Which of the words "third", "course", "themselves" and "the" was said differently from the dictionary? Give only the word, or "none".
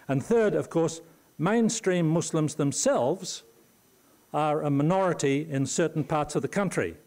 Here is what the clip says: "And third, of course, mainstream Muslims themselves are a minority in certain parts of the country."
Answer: none